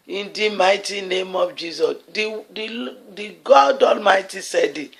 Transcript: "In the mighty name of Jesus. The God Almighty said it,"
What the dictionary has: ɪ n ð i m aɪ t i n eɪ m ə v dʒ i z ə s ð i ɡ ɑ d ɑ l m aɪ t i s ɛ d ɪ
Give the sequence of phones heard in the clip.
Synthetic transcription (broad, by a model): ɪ n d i m aɪ t i n eɪ m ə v dʒ i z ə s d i ɡ ɑ d ɑ l m aɪ t i s ɛ d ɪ